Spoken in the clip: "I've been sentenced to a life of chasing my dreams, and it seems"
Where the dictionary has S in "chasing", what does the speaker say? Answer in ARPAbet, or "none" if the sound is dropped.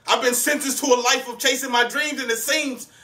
S